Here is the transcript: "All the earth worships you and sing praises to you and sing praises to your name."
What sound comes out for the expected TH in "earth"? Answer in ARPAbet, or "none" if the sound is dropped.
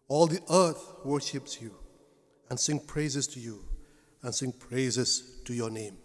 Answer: TH